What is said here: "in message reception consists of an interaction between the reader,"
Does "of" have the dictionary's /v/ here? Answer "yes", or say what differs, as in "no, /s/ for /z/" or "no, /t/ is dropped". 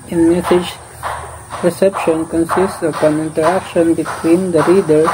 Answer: no, /p/ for /v/